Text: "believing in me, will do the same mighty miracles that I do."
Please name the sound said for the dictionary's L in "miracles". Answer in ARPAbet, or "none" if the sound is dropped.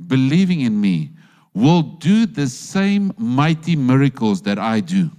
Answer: L